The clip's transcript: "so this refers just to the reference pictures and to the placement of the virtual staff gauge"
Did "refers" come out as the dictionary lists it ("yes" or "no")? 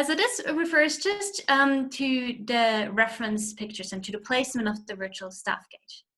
yes